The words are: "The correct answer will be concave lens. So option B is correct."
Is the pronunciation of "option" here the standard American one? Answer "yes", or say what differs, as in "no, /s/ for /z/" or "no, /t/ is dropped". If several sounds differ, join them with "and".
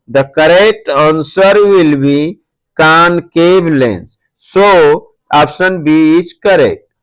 no, /s/ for /ʃ/